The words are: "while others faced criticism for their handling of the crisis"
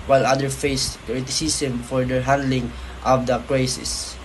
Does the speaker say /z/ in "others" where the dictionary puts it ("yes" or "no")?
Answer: no